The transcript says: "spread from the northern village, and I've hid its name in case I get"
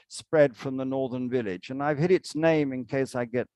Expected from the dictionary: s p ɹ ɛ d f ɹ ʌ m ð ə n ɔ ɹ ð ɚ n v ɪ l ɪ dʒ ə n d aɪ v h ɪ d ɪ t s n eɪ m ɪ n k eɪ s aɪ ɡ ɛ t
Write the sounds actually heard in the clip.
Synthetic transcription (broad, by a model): s p ɹ ɛ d f ɹ ʌ m ð ə n ɔ ɹ ð ɚ n v ɪ l ɪ dʒ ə n aɪ v h ɪ d ɪ t s n eɪ m ɪ n k eɪ s aɪ ɡ ɛ t